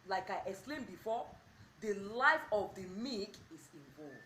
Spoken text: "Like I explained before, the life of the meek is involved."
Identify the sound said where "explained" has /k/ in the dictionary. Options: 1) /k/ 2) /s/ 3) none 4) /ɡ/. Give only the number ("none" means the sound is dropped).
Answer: 3